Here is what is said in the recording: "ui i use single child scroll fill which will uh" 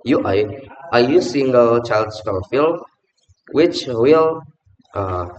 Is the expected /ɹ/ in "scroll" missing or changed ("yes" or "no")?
yes